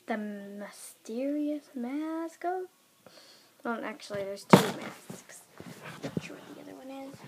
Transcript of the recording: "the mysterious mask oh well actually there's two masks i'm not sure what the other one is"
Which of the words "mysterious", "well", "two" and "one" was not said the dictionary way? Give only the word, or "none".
well